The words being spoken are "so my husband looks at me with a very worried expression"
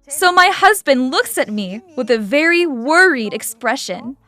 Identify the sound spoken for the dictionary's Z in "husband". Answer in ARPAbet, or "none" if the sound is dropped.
Z